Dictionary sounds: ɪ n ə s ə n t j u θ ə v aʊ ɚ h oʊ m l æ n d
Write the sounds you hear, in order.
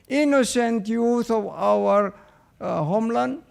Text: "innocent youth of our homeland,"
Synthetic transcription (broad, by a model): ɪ n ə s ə n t j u t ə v aʊ ɚ h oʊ m l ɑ n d